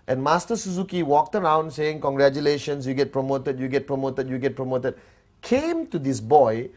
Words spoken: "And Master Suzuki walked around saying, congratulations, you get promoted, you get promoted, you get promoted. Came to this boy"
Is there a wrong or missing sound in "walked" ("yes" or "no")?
no